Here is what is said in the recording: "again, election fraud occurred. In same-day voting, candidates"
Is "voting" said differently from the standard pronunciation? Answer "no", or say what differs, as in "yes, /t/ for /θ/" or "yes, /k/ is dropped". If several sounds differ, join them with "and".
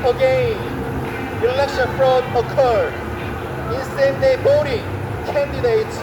yes, /b/ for /v/